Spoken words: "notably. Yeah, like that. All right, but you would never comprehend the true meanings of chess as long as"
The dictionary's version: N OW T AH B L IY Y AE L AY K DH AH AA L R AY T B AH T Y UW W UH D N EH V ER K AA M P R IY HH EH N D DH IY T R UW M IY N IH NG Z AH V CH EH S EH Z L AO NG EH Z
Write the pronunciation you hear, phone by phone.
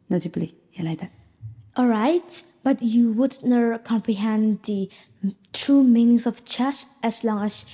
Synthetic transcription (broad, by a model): N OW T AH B L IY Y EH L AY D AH AA L R AY T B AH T Y UW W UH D N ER K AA M P R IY HH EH N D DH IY T R UW M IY N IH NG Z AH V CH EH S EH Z L AO NG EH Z